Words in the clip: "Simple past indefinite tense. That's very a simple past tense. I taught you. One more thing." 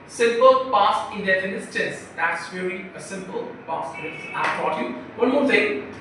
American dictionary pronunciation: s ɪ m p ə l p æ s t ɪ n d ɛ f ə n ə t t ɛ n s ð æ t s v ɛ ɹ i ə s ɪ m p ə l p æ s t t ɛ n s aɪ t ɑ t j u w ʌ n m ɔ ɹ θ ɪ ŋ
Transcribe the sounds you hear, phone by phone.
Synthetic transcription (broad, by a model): s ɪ m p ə l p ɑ s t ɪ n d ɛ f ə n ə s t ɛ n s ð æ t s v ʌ l i ə s ɪ m p ə l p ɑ s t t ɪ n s aɪ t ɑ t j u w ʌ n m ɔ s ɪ